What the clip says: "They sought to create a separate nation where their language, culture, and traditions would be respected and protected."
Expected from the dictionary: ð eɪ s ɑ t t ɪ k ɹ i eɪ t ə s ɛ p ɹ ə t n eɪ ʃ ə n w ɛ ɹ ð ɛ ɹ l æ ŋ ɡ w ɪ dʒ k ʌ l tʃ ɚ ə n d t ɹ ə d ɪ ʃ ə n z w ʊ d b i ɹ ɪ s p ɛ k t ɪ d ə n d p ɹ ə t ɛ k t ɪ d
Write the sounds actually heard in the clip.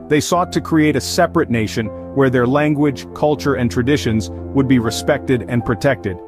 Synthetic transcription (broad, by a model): ð eɪ s ɑ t t ɪ k ɹ i eɪ t ə s ɛ p ɹ ə t n eɪ ʃ ə n w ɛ ɹ ð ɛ ɹ l æ ŋ ɡ w ɪ dʒ k ʌ l tʃ ɚ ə n t ɹ ə d ɪ ʃ ə n z w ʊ d b i ɹ ɪ s p ɛ k t ɪ d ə n p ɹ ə t ɛ k t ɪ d